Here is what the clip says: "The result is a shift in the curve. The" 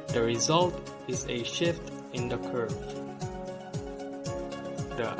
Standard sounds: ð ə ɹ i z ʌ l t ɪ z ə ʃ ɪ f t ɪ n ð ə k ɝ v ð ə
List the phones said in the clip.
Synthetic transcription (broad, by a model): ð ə ɹ i z ʌ l t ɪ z ə ʃ ɪ f t ɪ n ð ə k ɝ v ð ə